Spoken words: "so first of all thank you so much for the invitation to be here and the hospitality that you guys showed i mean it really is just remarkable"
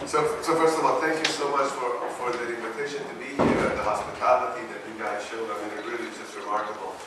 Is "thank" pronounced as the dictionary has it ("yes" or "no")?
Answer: yes